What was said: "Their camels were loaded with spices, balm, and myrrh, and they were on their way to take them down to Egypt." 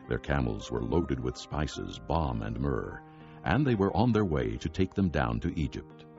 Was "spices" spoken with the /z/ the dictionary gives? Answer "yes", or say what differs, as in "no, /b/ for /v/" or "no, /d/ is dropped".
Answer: yes